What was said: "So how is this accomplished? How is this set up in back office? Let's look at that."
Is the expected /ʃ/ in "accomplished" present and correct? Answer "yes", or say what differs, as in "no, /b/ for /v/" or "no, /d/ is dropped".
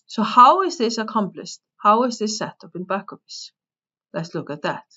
no, /s/ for /ʃ/